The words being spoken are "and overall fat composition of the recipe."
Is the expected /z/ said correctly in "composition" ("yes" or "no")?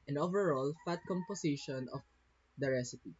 no